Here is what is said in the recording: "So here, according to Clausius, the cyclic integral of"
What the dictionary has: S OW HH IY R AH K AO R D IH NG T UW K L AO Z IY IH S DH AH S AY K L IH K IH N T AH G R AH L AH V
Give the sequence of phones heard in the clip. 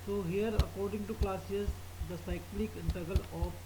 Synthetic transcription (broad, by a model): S OW HH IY R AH K AO R D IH NG T UW K L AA S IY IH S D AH S AY K L IH K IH N T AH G AH L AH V